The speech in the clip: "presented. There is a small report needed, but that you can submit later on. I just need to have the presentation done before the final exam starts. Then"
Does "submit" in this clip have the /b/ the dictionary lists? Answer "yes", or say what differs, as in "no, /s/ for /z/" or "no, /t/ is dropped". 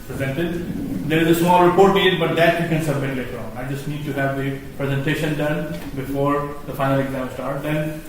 yes